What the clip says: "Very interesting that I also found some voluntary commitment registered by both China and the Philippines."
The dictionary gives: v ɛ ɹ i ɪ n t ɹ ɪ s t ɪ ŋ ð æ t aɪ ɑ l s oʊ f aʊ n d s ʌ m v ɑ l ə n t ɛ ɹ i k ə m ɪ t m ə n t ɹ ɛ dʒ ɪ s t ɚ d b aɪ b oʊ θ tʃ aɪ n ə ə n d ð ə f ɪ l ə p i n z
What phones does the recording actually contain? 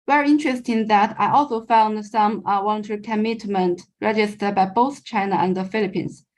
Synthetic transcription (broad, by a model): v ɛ ɹ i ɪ n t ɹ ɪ s t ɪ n ð æ t aɪ ɑ l s oʊ f aʊ n d s ʌ m w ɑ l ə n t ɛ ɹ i k ə m ɪ t m ə n t ɹ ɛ dʒ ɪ s t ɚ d b aɪ b oʊ θ tʃ aɪ n ə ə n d ð ə f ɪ l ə p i n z